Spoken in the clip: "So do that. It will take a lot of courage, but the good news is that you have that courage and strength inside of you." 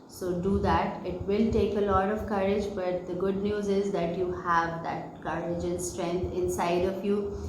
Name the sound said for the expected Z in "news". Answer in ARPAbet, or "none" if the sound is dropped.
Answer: Z